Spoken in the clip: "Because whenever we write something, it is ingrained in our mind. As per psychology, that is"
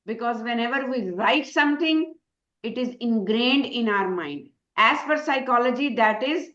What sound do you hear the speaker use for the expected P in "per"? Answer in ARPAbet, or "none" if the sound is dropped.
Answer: F